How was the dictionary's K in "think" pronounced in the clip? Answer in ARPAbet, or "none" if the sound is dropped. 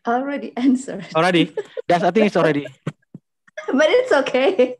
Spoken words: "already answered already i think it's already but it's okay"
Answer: none